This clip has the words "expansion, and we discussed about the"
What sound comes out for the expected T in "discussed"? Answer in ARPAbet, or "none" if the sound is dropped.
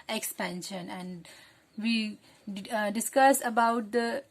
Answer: none